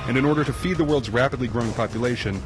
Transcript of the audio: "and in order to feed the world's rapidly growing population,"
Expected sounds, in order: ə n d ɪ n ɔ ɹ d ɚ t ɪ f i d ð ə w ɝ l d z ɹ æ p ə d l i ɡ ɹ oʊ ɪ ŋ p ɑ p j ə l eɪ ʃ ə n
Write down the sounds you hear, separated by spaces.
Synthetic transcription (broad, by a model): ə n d ɪ n ɔ ɹ d ɚ t ɪ f i d ð ə w ɝ l d z ɹ æ p ə d l i ɡ ɹ oʊ ɪ ŋ p ɑ p j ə l eɪ ʃ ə n